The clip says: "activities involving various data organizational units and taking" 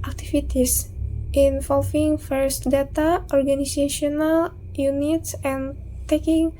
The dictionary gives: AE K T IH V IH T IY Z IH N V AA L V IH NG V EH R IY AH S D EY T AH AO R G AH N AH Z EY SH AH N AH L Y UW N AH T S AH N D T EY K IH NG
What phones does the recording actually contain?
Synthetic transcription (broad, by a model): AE K T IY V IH T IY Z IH N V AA L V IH NG F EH R S D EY T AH AO R G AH N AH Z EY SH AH N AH L Y UW N AH T S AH N T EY K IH NG